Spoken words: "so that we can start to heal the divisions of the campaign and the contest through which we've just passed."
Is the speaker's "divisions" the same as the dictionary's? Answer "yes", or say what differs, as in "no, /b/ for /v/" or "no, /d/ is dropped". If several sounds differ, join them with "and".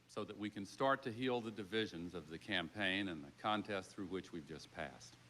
yes